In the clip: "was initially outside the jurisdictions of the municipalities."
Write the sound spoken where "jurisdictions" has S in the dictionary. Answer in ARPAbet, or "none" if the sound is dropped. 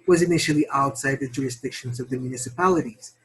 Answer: S